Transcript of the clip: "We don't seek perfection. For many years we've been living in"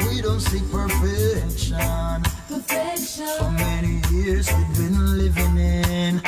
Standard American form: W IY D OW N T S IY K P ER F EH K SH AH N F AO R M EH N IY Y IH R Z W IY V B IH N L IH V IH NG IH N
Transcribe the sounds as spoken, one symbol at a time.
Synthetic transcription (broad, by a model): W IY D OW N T S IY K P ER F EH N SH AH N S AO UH M EH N IY Y IH R Z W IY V B IH N L IH V IH NG IH N